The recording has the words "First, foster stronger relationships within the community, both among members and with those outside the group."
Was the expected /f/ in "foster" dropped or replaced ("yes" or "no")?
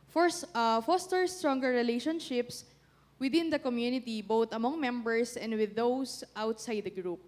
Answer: no